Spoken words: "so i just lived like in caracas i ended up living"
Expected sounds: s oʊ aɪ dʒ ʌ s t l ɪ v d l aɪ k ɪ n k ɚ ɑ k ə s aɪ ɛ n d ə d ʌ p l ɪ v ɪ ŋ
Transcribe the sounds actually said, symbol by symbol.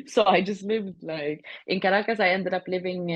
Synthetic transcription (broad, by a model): s oʊ aɪ dʒ ʌ s t l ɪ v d l aɪ k ɪ n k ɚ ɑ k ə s aɪ ɛ n d ə d ʌ p l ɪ v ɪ ŋ